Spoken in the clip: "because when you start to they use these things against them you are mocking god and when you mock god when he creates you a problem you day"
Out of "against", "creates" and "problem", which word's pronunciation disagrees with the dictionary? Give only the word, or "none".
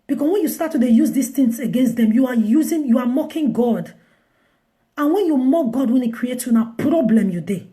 creates